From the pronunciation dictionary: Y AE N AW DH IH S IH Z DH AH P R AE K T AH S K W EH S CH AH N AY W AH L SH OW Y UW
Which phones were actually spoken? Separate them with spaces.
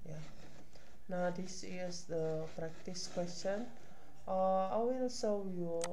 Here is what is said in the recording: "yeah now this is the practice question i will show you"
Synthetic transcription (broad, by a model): Y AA N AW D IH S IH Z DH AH P R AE K T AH S K W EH S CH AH N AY W AH L S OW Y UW